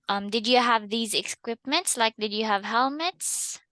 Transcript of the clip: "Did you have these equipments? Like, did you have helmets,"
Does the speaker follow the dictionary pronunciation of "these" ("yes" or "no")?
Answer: yes